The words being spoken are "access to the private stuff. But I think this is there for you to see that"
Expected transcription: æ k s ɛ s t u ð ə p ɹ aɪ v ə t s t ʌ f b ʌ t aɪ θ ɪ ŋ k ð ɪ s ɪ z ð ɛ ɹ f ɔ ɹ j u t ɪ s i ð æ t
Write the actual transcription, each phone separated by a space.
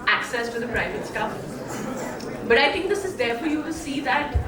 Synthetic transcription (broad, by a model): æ k s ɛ s t u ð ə p ɹ aɪ v ə t s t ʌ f b ʌ t aɪ t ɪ ŋ k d ɪ s ɪ z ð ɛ ɹ f ɔ ɹ j u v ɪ s i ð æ t